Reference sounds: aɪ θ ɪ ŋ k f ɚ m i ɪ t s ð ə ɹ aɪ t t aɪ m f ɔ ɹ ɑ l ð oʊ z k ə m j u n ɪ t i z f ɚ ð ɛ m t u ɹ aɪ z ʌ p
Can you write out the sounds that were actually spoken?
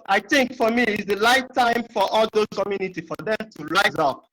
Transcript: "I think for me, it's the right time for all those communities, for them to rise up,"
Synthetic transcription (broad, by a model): aɪ θ ɪ ŋ k f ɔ m i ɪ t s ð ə l aɪ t t aɪ m f ɔ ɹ ɑ l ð oʊ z k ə m j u n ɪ t i f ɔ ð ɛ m t u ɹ aɪ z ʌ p